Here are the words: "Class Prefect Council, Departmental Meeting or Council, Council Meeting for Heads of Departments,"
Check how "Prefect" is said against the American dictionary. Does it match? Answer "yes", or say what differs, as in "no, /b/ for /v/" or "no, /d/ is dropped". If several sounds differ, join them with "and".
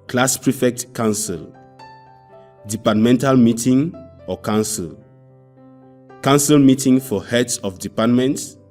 yes